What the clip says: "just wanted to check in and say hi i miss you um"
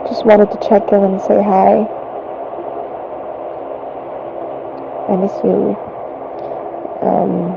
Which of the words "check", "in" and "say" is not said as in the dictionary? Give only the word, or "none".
in